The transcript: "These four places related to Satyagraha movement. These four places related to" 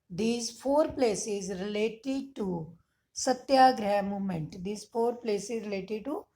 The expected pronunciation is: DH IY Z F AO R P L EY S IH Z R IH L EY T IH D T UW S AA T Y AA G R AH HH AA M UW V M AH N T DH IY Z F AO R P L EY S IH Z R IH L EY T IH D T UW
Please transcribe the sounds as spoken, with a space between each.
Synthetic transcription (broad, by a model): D IY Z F AO R P L EY S IH Z R IH L EY T IH D T UW S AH T Y AA G R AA M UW M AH N T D IY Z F AO R P L EY S IH Z R IH L EY T IH D T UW